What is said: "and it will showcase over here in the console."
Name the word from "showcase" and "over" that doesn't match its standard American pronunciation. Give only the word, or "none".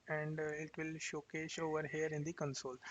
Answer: showcase